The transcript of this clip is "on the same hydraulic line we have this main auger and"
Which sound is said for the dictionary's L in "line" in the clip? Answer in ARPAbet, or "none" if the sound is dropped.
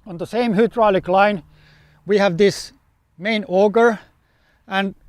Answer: L